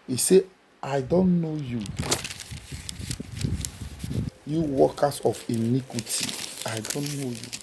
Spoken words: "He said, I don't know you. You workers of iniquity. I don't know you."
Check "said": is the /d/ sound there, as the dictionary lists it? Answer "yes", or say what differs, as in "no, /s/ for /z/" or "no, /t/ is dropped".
no, /d/ is dropped